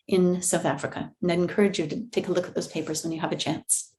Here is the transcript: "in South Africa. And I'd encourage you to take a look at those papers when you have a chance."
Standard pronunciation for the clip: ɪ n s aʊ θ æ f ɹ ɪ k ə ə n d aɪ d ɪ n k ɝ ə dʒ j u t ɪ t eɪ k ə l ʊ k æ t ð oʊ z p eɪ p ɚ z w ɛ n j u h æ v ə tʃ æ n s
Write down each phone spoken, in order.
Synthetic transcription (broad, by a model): ɪ n s aʊ θ æ f ɹ ɪ k ə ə n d aɪ d ɪ n k ɝ ə dʒ j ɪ t ɪ t eɪ k ə l ʊ k t ð oʊ z p eɪ p ɚ z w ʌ n j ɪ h v ə tʃ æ n s